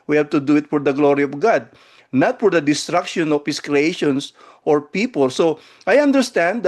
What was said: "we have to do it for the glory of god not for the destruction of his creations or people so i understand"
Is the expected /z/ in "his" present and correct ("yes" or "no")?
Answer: no